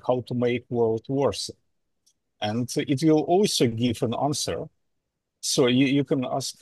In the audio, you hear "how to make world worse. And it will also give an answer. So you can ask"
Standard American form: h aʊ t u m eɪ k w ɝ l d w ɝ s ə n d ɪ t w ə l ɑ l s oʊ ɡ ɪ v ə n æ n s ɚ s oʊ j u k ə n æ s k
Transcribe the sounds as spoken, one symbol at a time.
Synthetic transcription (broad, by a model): h aʊ t u m eɪ k w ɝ l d w ɝ s ə n d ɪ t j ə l ɑ l s oʊ ɡ ɪ v ə n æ n s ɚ s oʊ j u k ə n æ s k